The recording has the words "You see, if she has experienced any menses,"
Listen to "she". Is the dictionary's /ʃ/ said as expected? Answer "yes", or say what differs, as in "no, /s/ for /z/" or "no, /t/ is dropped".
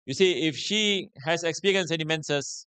yes